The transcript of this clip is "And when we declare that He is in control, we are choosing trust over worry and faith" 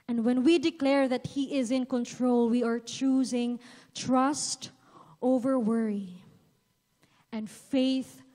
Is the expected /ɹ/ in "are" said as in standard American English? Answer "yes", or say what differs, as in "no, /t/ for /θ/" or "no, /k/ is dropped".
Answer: yes